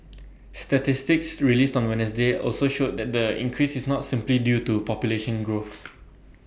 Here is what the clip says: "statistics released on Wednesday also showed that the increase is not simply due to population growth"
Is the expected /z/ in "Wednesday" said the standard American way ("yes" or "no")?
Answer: no